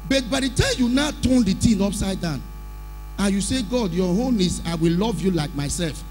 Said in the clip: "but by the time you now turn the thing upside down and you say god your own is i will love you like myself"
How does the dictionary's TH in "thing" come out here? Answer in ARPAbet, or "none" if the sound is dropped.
T